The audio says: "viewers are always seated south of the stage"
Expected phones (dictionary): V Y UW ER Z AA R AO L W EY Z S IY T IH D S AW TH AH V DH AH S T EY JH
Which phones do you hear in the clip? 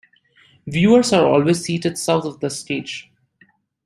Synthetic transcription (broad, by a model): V Y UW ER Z AA R AO L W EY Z S IY T IH D S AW T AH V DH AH S T EY JH